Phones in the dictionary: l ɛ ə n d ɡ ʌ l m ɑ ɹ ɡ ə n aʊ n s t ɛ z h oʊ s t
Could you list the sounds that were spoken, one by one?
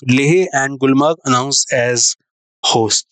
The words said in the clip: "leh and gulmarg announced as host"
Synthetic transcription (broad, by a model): l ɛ ə n d ɡ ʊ l m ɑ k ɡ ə n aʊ n s ɛ z h oʊ s t